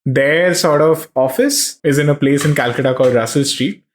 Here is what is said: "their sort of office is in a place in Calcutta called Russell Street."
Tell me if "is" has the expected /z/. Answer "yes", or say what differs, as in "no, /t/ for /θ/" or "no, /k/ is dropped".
yes